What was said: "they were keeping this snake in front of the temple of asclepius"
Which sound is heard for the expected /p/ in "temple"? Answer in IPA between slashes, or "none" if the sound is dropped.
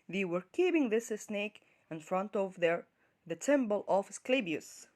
/b/